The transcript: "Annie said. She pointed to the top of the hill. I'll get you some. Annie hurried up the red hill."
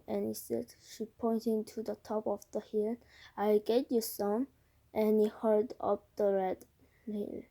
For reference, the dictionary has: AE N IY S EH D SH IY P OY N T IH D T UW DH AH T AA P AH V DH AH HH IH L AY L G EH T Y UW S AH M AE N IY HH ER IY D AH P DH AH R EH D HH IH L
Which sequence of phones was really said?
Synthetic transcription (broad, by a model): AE N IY S EH D SH IY P OY N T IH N T UW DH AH T AA P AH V DH AH HH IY L AY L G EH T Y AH S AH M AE N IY HH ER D AH P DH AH R EH D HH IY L